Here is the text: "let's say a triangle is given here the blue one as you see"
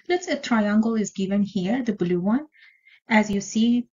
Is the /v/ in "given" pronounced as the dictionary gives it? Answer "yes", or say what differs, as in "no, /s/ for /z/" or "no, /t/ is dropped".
yes